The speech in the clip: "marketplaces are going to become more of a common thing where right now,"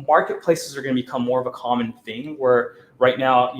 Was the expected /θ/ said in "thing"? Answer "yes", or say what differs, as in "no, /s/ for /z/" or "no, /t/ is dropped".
yes